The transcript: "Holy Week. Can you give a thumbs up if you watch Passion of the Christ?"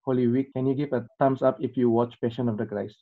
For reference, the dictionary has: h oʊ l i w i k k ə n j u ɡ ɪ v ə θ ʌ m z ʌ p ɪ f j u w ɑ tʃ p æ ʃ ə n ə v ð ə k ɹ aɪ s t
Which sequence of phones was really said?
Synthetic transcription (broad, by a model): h oʊ l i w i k k ə n j u ɡ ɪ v ə t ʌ m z ʌ p ɪ f j u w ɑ tʃ p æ ʃ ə n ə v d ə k ɹ aɪ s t